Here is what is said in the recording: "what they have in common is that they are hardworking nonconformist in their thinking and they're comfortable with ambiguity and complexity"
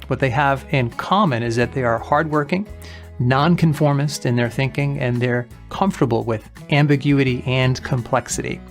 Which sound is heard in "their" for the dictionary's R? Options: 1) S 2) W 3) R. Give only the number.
3